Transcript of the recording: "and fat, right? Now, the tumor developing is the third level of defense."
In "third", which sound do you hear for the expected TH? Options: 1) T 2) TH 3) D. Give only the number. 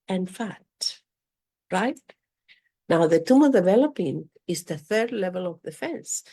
2